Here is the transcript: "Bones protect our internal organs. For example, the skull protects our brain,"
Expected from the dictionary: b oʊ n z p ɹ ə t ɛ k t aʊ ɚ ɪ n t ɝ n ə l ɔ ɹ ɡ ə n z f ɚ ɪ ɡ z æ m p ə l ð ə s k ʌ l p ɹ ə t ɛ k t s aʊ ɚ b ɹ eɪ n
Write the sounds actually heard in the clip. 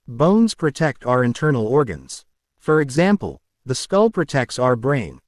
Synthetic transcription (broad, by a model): b oʊ n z p ɹ ə t ɛ k t aʊ ɚ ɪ n t ɝ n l ɔ ɹ ɡ ə n z f ɚ ɪ ɡ z æ m p ə l ð ə s k ʌ l p ɹ ə t ɛ k t s aʊ ɚ b ɹ eɪ n